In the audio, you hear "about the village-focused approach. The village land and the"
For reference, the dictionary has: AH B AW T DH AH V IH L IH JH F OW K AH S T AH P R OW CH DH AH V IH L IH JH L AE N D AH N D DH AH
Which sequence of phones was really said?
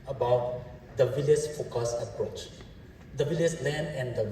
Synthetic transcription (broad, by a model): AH B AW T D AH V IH L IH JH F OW K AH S AH P R OW CH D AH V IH L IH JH L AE N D AH N D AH